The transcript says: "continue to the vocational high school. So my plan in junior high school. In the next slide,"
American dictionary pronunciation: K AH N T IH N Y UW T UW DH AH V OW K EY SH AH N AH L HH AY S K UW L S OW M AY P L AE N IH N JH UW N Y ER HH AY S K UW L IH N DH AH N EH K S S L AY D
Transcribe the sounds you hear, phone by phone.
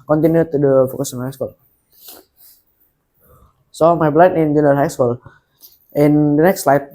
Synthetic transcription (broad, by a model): K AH N T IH N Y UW T UW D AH F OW K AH S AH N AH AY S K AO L S OW M AY B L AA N IH N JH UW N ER HH AY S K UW L IH N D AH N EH K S S L AY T